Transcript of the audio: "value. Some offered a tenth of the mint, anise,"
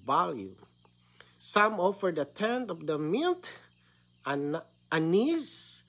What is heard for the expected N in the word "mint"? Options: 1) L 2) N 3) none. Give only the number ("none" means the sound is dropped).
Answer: 1